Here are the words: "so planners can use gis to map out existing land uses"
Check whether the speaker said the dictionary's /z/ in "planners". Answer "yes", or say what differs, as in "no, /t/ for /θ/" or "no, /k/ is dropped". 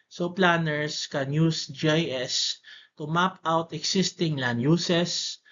no, /s/ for /z/